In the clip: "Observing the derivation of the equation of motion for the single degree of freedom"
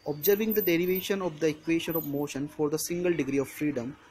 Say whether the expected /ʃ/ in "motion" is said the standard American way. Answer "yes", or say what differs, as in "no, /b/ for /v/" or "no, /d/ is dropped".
yes